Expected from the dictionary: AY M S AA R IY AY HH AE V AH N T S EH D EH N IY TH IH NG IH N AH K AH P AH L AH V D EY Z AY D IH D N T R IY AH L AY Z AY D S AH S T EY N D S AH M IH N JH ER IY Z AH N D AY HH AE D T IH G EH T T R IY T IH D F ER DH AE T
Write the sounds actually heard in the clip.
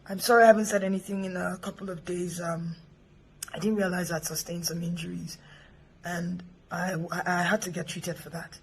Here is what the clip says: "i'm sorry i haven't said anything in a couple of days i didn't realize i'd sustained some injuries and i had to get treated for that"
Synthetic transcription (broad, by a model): AY M S AA R IY AY HH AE V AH N T S EH D EH N IY TH IH NG IH N AH K AH P L AH V D EY Z AY D IH D N T R IY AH L AY Z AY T S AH S T EY N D S AH M IH N JH ER IY Z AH N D AY HH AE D T IH G EH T T R IY T IH D F ER DH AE T